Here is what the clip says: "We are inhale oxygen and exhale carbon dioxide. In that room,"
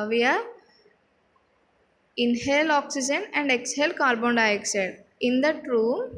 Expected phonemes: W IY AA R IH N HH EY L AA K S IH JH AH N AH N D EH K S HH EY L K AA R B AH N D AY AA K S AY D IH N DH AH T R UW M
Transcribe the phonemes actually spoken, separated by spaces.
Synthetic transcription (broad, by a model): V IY AA R IH N HH EY L AA K S IH JH AH N AH N D EH K S HH EY L K AA R B AH N D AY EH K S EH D IH N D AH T R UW M